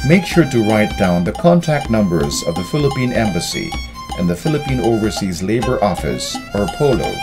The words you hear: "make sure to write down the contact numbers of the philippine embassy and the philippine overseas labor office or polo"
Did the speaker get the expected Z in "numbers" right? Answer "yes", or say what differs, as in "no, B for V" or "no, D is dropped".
yes